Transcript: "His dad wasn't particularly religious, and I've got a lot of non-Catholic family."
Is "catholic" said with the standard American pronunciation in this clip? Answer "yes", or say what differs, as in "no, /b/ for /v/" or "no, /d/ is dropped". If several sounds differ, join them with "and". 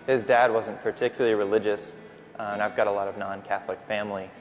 yes